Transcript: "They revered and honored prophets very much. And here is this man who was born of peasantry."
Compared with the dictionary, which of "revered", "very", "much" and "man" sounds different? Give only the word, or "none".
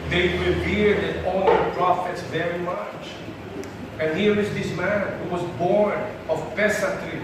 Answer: revered